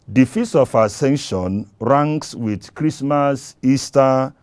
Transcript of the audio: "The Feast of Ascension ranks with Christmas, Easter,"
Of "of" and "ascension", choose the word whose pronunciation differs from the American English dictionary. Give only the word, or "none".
of